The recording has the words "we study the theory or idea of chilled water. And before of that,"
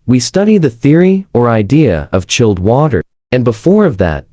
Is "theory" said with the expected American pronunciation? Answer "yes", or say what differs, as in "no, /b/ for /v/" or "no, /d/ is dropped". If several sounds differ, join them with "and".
yes